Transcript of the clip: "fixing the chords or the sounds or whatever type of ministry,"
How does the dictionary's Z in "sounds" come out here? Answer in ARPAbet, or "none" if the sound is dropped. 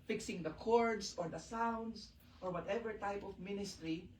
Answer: S